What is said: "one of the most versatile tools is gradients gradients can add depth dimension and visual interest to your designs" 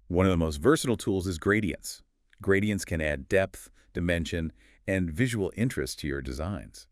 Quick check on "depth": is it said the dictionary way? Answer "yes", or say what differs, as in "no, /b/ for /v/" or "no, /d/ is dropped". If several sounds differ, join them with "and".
yes